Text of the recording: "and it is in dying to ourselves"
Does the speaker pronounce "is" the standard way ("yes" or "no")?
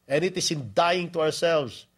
no